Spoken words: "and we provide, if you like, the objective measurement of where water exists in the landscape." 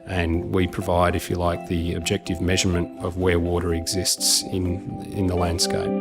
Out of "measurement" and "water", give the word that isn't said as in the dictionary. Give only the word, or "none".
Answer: none